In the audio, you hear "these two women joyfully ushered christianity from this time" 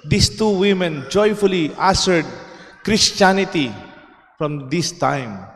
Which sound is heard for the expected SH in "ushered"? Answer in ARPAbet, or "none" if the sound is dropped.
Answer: S